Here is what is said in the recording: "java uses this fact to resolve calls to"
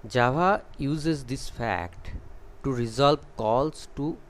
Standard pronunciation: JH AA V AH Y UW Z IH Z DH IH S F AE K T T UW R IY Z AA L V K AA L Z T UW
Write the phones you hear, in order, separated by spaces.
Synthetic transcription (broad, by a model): JH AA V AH Y UW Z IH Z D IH S F AE K T T UW R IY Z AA L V K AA L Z T UW